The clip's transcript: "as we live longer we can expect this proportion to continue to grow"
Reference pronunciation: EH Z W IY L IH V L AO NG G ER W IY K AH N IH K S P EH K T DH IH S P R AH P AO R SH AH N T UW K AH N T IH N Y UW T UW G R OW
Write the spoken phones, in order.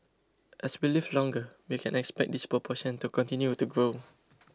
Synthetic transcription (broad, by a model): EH S W IY L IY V L AO NG G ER W IY K AH N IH K S P EH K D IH S P R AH P AO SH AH N T UW K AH N T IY N Y UW T UW G R OW